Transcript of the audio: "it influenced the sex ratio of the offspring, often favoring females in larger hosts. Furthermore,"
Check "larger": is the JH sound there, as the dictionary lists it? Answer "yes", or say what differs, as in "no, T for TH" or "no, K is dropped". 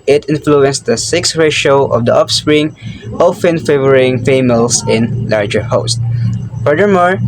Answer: yes